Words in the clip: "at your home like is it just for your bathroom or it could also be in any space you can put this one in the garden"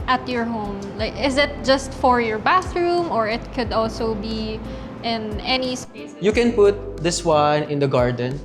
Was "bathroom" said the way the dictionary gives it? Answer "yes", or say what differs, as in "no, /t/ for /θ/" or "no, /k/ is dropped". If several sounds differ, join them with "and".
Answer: yes